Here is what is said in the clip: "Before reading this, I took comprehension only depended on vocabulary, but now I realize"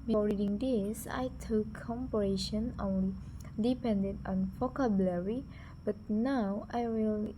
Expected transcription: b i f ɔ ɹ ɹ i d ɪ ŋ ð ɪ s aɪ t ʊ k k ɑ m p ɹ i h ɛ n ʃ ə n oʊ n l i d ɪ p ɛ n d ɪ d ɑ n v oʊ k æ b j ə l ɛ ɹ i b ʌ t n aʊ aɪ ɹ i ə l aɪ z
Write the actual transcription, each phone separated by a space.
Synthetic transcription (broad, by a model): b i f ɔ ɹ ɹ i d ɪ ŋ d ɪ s aɪ t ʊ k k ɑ m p i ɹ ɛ ʃ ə n oʊ n l i d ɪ p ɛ n d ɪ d ɑ n f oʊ k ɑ b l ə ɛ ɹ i b ʌ t n aʊ aɪ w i l